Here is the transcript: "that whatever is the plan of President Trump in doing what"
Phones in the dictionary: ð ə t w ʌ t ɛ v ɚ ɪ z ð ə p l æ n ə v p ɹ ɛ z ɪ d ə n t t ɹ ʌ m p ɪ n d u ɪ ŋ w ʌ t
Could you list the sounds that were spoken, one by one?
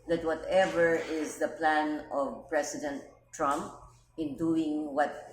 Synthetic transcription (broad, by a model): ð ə t w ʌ t ɛ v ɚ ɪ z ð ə p l æ n ə v p ɹ ɛ s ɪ d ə n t t ɹ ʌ m p ɪ n d u ɪ ŋ w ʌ t